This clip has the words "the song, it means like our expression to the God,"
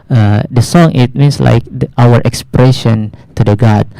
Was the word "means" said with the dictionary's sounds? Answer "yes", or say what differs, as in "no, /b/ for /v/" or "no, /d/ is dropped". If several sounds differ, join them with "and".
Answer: no, /s/ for /z/